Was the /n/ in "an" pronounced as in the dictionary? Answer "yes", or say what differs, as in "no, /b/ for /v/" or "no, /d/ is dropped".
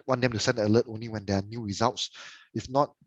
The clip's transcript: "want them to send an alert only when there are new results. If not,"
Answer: no, /l/ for /n/